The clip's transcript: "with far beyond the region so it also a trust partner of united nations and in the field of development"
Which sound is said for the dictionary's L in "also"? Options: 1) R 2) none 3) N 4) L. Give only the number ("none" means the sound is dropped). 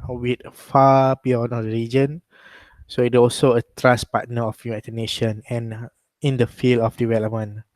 4